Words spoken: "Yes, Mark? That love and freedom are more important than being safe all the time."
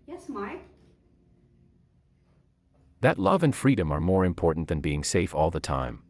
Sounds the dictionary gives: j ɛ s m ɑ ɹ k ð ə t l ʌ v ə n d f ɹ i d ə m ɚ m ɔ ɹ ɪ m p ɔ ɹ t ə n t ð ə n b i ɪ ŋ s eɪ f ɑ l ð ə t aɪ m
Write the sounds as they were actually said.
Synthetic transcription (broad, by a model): j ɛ s m ɑ ɹ k ð ə t l ʌ v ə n f ɹ i d ə m ɚ m ɔ ɹ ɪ m p ɔ ɹ t n ð ə n b i ɪ ŋ s eɪ f ɑ l ð ə t aɪ m